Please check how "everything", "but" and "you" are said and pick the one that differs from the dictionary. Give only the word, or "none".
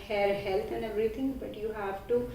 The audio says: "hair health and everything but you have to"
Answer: everything